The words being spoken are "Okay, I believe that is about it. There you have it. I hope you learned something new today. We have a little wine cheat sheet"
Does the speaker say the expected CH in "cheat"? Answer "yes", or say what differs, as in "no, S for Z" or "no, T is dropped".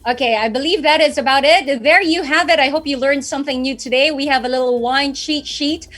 no, SH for CH